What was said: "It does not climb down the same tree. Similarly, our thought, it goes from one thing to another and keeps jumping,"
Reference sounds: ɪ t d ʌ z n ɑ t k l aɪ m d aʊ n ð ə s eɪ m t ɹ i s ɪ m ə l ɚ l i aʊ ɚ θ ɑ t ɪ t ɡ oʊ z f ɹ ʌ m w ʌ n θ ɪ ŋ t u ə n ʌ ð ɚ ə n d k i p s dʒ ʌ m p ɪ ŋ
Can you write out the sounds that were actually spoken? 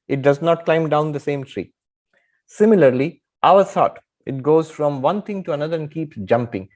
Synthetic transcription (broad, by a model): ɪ t d ʌ z n ɑ t k l aɪ m d aʊ n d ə s eɪ m t ɹ i s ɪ m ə l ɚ l i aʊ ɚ s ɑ t ɪ t ɡ oʊ z f ɹ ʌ m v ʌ n t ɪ ŋ t u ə n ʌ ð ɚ ə n d k i p s dʒ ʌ m p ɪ ŋ